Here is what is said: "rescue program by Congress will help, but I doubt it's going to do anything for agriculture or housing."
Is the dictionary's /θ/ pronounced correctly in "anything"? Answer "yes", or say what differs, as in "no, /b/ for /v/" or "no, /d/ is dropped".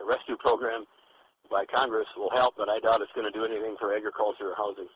yes